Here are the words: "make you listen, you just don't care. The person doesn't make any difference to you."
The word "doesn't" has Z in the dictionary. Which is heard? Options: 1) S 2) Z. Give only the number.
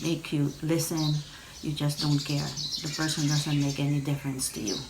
2